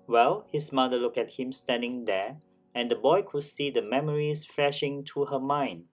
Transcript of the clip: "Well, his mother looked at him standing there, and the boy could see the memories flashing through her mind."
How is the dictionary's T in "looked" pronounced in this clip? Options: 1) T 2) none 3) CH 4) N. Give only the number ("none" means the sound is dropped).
2